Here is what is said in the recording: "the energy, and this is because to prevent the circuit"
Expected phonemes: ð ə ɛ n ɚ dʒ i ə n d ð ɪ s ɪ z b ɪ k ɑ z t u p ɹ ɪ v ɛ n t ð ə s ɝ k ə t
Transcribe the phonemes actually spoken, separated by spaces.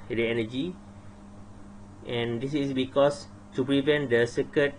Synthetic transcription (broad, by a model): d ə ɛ n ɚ dʒ i ə n d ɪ s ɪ s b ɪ k ɑ s t u p ɹ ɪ v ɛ n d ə s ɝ k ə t